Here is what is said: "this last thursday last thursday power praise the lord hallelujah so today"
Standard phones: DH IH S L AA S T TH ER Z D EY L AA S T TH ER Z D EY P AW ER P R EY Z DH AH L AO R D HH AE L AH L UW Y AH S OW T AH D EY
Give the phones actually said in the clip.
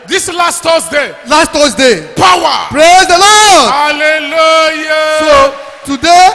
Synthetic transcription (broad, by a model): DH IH S L AA S T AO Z D EY L AA S T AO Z D EY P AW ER P R EY Z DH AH L AO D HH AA L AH L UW Y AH S OW T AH D EY